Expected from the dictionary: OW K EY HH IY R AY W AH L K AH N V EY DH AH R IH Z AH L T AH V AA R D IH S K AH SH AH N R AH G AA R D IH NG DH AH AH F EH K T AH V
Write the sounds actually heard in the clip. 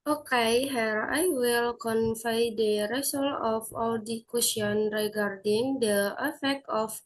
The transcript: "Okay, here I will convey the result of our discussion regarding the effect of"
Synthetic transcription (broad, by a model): OW K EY HH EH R AY W AH L K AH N F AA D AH R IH S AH L AH F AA L D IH K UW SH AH N R AH G AA R D IH NG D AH AH F EH K T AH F